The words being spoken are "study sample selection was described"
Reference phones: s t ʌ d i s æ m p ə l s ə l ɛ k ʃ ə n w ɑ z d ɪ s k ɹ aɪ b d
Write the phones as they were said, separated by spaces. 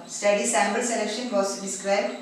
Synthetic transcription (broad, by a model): s t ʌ d i s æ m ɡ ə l s ə l ɛ k ʃ ə n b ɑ s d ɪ s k ɹ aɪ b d